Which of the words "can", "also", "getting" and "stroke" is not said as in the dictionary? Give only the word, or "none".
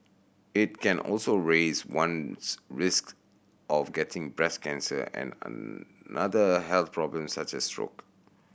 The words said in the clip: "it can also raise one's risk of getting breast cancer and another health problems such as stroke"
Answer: none